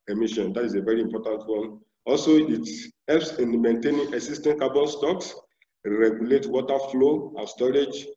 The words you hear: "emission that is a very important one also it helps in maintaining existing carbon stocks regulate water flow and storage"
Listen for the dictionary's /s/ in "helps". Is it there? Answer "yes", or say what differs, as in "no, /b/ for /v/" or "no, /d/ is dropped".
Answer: yes